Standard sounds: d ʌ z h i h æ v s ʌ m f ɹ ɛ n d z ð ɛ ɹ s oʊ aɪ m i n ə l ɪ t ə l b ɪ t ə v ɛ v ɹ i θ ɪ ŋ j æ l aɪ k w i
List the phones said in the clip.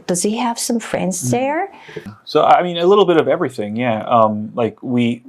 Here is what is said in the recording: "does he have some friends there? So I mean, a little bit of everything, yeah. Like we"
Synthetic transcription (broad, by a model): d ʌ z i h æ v s ʌ m f ɹ ɛ n d z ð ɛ ɹ s oʊ aɪ m i n ə l ɪ t l b ɪ t ə v ɛ v ɹ i θ ɪ ŋ j æ l aɪ k w i